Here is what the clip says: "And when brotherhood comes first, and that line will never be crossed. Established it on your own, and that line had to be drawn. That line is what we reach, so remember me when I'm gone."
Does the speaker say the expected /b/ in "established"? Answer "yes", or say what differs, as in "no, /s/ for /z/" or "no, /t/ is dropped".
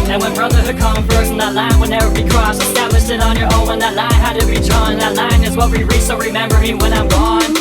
no, /b/ is dropped